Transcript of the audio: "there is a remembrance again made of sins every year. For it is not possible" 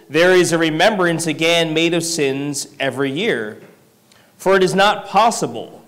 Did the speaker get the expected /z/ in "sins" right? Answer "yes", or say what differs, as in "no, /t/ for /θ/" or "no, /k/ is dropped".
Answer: yes